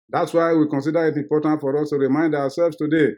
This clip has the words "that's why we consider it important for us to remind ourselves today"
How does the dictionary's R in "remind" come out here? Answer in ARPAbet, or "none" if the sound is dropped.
R